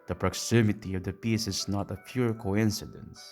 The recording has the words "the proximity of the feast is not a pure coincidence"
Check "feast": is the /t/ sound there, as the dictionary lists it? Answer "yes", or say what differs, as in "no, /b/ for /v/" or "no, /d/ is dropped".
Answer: no, /t/ is dropped